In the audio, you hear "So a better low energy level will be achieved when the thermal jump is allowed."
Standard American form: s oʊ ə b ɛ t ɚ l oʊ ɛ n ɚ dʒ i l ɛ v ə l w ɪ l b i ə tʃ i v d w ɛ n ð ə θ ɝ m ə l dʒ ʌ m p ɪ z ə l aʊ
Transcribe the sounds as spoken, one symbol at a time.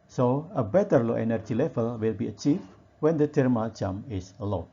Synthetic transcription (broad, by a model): s oʊ ə b ɛ t ɚ l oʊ ɛ n ɚ dʒ i l ɛ v ə l w ɪ l b i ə tʃ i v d w ɛ n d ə t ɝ m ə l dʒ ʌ m ɪ s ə l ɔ